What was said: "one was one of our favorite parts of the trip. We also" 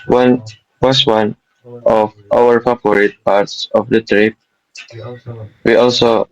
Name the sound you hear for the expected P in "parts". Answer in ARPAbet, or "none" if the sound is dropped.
P